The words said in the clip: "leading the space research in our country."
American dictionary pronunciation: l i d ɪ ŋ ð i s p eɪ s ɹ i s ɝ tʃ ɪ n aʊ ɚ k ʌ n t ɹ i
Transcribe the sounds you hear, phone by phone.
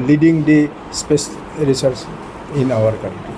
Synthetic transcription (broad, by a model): l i d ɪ ŋ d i s p eɪ s ɹ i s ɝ s ɪ n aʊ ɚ k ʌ n t ɹ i